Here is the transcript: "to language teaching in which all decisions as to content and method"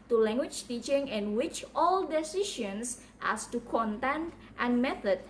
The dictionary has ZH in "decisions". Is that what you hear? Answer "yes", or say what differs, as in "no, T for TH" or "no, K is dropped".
no, SH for ZH